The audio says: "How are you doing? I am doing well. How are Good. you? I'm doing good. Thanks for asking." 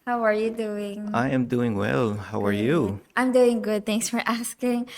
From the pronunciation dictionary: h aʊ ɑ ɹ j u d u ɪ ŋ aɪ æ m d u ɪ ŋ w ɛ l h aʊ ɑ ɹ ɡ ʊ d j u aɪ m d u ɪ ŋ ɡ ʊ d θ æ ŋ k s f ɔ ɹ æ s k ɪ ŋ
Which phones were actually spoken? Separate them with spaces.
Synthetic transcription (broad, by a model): h aʊ ɑ ɹ j u d u ɪ ŋ aɪ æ m d u ɪ ŋ w ɛ l h aʊ ɑ ɹ j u aɪ m d u ɪ ŋ ɡ ʊ d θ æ ŋ s f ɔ ɹ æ s k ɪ ŋ